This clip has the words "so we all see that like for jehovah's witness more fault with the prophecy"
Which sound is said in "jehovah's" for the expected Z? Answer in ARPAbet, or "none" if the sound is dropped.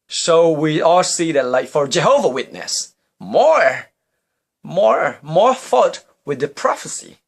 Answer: none